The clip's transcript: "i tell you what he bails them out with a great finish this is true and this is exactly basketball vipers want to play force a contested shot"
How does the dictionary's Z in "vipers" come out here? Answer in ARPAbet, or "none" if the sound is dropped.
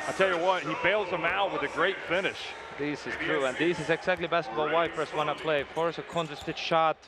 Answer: S